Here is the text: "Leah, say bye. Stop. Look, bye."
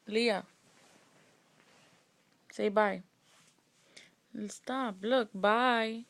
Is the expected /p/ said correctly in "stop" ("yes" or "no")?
no